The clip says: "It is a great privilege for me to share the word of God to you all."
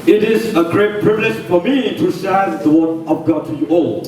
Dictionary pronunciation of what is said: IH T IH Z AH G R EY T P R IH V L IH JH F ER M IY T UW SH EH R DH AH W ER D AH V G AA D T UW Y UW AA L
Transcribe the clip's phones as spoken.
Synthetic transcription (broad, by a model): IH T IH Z AH G R EY T P R IH V L IH JH F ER M IY T UW S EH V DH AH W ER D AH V G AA T UW Y UW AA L